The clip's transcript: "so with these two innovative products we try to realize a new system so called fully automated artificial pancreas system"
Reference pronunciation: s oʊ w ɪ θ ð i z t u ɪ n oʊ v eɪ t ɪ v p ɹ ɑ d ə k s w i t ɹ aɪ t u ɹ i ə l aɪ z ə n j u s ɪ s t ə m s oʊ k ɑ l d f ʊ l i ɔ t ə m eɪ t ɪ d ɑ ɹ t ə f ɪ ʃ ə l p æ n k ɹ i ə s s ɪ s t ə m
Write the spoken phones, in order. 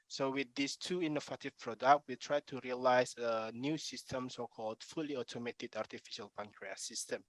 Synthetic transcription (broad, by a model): s oʊ w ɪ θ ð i s t u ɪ n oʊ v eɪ t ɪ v p ɹ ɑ d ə k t w i t ɹ aɪ t u ɹ i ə l aɪ s ə n j u s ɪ s t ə m s oʊ k ɑ l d f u l i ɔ t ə m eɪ t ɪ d ɑ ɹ t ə f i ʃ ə l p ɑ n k ɹ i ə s s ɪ s t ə m